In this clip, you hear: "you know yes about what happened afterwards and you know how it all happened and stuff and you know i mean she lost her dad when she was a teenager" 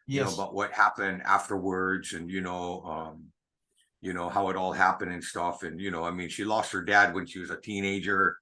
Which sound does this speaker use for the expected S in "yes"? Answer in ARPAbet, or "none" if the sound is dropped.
none